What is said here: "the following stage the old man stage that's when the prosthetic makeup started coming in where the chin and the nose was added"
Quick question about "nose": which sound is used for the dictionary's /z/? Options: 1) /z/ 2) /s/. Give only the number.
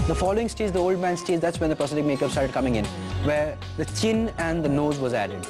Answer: 1